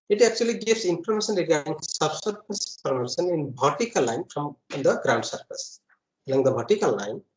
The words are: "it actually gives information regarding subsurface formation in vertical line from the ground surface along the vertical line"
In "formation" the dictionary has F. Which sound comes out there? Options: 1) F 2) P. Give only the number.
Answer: 2